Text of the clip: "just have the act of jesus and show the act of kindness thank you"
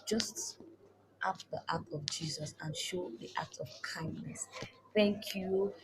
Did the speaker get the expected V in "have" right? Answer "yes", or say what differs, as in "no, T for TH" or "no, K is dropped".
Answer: no, P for V